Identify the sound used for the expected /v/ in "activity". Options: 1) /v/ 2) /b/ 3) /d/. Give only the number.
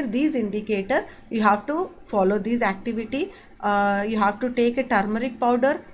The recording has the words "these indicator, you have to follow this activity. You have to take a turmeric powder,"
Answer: 1